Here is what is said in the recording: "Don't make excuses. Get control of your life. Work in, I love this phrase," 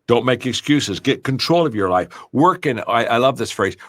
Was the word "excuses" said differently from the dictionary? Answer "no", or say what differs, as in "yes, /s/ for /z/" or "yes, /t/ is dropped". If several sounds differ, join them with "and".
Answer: no